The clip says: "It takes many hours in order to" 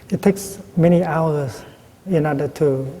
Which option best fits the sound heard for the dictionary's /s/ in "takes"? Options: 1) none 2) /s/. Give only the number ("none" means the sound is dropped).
2